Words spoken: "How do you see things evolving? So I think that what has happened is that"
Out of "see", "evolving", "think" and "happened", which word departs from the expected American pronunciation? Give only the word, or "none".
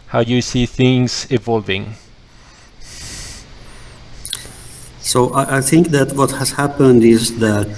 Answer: none